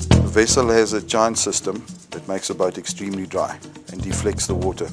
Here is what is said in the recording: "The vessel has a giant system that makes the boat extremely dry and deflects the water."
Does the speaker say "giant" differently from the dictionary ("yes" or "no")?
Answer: yes